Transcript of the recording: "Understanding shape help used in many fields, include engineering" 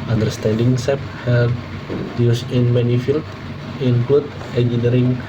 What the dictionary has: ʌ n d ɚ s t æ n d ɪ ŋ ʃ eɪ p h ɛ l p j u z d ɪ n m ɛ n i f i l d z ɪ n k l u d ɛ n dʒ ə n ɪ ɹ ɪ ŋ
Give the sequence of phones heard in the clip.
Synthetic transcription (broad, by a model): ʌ n d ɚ s t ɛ n d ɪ ŋ s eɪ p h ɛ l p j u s ɪ n m ɛ n i f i l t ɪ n k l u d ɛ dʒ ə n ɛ ɹ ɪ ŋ